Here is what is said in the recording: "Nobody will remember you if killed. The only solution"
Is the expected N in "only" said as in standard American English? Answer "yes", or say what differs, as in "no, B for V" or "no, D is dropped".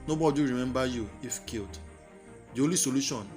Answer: no, N is dropped